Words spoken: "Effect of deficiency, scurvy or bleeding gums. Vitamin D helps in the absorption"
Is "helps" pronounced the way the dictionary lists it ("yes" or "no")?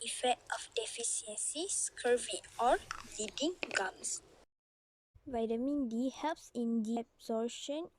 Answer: yes